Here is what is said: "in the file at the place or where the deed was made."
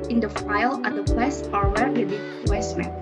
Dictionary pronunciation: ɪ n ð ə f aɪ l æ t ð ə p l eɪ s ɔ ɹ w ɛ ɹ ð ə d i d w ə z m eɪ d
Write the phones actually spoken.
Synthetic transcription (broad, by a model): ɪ n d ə f aɪ l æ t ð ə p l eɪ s ɔ ɹ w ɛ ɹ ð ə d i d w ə s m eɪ